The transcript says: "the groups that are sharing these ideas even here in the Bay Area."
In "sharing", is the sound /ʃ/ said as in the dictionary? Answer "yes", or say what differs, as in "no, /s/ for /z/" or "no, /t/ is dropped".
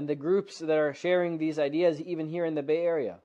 yes